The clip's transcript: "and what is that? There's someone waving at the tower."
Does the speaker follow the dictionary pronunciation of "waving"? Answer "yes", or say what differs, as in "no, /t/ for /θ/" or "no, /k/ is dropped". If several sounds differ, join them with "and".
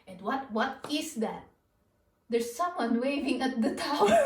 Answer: yes